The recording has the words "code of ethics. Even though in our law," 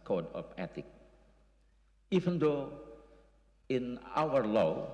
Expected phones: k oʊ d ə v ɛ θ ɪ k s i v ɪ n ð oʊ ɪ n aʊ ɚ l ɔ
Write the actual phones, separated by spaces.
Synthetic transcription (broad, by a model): k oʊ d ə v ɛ t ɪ k i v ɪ n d oʊ ɪ n aʊ ɚ l ɔ